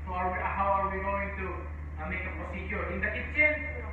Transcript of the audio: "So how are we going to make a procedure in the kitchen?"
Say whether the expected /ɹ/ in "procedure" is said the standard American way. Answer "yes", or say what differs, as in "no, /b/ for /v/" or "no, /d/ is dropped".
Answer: no, /ɹ/ is dropped